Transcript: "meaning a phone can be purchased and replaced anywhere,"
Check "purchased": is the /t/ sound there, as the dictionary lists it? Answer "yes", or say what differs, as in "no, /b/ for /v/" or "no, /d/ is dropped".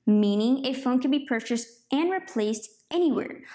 yes